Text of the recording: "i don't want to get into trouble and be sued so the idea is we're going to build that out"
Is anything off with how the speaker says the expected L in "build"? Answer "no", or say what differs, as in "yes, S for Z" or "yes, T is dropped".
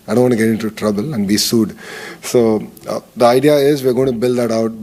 no